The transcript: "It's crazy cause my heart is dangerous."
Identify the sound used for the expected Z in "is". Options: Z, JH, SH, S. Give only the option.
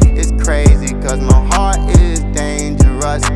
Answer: Z